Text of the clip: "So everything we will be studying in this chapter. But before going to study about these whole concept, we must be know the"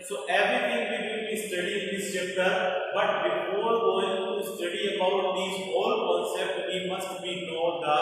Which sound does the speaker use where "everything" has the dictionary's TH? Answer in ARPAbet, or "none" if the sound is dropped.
T